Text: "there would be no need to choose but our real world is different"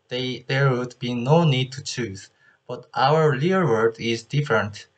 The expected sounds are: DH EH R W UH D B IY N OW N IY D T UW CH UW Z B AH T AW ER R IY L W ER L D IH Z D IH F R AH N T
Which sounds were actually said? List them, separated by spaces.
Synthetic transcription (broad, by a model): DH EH R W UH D B IY N OW N IY D T UW CH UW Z B AH T AW ER L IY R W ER D IH Z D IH F R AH N T